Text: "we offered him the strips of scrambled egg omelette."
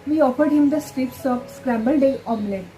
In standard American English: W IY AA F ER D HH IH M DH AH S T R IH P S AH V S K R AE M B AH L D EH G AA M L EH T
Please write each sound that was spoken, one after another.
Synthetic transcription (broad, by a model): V IY AA F ER D HH IH M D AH S T R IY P S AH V S K R AE M B AH L D EH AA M L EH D